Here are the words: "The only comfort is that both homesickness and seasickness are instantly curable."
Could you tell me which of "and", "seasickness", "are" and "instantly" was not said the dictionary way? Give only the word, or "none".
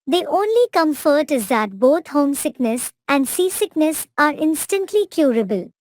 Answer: none